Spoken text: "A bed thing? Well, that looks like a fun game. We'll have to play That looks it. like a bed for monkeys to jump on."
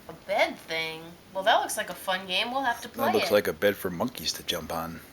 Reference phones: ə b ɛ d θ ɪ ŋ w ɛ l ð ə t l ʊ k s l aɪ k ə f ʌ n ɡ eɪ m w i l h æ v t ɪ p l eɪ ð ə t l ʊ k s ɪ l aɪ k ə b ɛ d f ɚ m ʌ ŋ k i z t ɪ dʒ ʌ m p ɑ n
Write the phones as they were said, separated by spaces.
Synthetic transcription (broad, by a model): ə b ɛ d θ ɪ ŋ w ɛ l ð ə t l ʊ k s l aɪ k ə f ʌ n ɡ eɪ m w i l h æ f t ɪ p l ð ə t l ʊ k s l aɪ k ə b ɛ d f ɚ m ʌ ŋ k i z t ɪ dʒ ʌ m p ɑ n